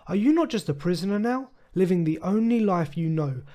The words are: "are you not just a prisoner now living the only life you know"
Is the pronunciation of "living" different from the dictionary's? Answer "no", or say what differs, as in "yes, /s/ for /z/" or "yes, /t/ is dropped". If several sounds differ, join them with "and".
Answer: no